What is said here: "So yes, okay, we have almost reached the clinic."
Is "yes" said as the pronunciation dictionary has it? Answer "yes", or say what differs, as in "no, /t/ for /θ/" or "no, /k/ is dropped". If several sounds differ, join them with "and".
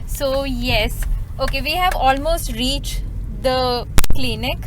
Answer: yes